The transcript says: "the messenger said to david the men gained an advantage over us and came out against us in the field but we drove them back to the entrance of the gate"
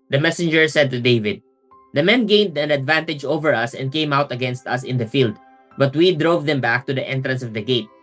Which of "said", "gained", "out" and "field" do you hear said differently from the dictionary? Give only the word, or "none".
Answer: none